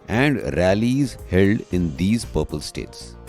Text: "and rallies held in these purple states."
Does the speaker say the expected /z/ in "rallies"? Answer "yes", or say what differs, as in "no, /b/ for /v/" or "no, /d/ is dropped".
yes